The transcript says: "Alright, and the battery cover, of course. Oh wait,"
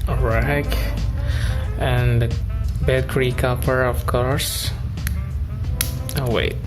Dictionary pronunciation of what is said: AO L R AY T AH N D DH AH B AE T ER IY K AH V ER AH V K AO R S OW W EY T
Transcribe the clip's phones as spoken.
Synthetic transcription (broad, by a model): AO R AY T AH N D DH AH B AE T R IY K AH P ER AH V K AO R S OW W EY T